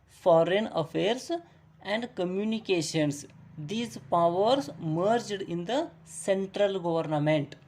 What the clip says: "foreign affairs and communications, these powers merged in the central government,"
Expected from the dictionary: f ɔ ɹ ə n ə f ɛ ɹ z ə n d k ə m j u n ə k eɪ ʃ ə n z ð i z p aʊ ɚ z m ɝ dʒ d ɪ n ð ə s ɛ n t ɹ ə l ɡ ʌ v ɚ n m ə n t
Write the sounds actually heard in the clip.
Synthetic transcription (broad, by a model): f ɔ ɹ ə n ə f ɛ ɹ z ə n d k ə m j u n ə k eɪ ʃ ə n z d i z p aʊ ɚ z m ɝ dʒ d ɪ n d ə s ɛ n t ɹ ə l ɡ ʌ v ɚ n m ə n t